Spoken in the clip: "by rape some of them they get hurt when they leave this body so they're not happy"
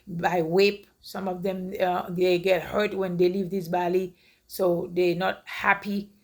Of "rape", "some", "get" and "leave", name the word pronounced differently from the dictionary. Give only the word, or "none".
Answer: rape